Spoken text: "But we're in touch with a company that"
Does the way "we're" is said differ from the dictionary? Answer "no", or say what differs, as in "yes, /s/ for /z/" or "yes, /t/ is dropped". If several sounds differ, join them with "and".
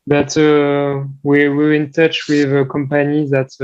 yes, /w/ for /ɹ/